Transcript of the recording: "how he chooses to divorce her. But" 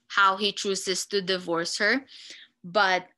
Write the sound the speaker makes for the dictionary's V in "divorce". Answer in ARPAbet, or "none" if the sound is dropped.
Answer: V